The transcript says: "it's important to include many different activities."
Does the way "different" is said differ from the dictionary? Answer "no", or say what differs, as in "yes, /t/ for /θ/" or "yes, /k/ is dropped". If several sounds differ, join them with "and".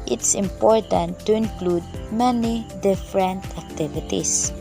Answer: no